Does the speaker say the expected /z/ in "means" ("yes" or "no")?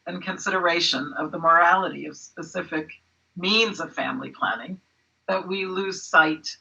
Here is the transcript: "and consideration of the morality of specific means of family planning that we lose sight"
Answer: yes